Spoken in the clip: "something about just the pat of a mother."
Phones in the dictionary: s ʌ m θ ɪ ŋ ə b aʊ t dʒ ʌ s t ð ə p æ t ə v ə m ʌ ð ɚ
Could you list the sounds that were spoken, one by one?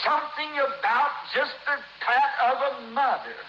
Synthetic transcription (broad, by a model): s ʌ m θ ɪ ŋ ə b aʊ t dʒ ʌ s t ð ə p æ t ə v ə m ʌ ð ɚ